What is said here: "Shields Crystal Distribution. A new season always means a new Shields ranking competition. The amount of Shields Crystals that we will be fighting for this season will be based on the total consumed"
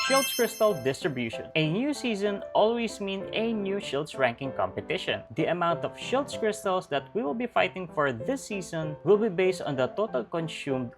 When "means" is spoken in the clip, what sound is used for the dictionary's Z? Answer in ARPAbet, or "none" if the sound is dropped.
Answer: none